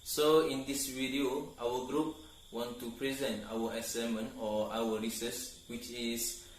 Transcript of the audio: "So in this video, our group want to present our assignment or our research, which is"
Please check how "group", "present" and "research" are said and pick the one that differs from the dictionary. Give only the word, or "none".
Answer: research